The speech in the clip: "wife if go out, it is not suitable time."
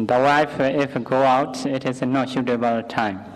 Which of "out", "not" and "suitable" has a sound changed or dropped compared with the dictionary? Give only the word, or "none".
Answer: suitable